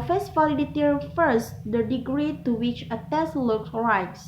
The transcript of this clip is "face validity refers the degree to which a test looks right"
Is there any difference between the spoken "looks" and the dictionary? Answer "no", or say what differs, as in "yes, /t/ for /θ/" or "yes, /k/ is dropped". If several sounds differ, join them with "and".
yes, /s/ is dropped